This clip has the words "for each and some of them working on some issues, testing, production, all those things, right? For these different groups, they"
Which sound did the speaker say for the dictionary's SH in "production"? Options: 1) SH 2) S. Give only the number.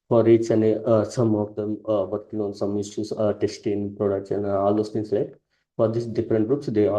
2